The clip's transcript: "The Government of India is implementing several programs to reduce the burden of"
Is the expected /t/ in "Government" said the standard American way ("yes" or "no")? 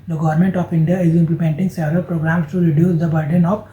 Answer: yes